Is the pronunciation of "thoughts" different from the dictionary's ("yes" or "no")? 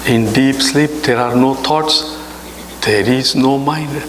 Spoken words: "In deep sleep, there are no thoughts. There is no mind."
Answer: yes